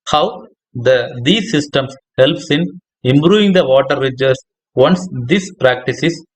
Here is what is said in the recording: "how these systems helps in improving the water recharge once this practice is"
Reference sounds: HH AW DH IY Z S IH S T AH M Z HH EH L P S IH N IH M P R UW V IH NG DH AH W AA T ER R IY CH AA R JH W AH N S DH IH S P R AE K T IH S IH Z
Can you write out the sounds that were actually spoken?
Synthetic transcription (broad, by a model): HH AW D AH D S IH S T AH M S HH EH L P S IH N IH M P R UW V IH NG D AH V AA T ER R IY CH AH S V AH N S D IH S P R AE K T IH S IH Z